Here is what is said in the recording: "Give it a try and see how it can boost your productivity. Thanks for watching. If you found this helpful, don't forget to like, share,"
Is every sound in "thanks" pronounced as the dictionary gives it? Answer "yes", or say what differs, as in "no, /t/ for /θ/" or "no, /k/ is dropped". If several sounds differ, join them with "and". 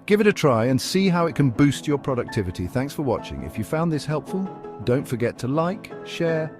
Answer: yes